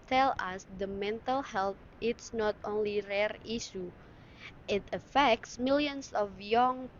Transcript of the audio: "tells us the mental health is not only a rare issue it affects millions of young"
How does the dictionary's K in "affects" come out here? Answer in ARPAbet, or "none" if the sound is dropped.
K